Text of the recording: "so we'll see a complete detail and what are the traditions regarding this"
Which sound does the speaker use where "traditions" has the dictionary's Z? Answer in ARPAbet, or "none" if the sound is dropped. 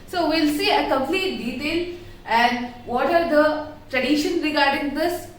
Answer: none